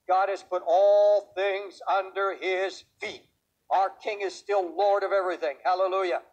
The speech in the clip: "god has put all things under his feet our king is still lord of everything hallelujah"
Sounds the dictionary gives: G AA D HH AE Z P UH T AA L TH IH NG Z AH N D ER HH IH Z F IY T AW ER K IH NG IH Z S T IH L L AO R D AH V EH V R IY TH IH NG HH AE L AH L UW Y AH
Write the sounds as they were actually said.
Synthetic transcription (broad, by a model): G AA D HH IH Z P UH T AA L TH IH NG Z AH N D ER IH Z F IY T AW ER K IH NG IH Z S T IH L L AO R D AH V EH V R IY TH IH NG HH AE L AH L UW Y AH